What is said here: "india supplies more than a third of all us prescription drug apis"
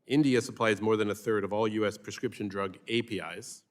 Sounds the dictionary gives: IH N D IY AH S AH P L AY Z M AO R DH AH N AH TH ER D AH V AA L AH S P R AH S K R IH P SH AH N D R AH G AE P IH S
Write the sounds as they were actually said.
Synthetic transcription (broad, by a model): IH N D IY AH S AH P L AY Z M AO R DH AH N AH TH ER D AH V AA L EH S P R AH S K R IH P SH AH N D R AH G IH P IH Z